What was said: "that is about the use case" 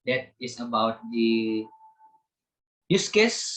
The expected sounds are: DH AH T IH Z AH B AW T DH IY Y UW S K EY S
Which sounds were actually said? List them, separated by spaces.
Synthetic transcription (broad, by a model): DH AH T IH S AH B AW T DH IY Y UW S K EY S